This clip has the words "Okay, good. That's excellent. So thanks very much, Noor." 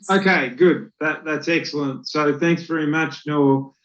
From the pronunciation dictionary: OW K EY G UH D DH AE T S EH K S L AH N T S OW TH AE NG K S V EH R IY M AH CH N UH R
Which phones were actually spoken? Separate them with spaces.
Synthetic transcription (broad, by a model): OW K EY G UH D DH AE T S EH K S L AH N T S OW TH AE NG K S V EH R IY M AH CH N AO